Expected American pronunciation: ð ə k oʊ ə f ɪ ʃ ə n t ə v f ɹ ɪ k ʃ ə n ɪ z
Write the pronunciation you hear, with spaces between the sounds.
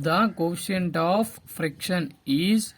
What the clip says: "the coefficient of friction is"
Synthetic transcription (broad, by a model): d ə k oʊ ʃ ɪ ə n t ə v f ɹ ɪ k ʃ ə n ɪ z